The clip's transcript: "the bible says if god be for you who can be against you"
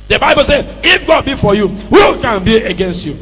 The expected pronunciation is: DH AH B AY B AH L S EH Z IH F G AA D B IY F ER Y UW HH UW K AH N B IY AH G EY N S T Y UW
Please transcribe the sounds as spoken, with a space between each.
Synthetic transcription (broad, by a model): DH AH B AY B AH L S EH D IH F G AA D B IY F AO Y UW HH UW K AH N B IY AH G EY N S T Y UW